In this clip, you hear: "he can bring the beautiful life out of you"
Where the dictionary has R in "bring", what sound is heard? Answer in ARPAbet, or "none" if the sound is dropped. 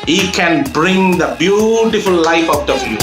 R